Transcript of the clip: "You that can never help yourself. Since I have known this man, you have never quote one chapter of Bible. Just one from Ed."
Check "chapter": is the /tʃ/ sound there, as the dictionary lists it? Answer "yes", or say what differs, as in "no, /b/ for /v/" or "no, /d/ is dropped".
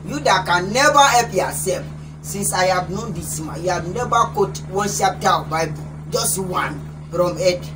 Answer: no, /ʃ/ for /tʃ/